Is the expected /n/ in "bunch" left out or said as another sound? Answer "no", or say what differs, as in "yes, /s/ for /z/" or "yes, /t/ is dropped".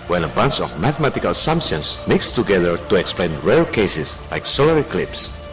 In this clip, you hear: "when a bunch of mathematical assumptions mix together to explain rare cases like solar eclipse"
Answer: no